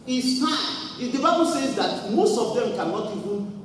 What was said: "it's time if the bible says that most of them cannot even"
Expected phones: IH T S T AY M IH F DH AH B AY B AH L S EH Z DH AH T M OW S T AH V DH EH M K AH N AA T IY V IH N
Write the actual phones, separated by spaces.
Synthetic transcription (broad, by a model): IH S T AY IH F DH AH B AY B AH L S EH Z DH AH T M OW S T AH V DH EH M K AH N AA T IY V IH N